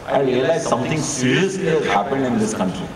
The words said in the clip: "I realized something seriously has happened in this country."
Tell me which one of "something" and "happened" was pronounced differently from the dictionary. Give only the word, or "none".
something